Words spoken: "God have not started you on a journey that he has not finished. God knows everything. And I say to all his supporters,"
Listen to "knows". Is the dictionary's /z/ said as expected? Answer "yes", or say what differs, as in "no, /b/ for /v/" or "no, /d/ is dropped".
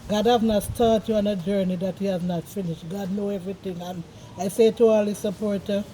no, /z/ is dropped